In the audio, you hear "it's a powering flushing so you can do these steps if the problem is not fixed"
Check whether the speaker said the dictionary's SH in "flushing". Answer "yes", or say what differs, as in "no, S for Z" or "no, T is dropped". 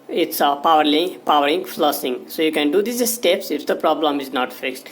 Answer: no, S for SH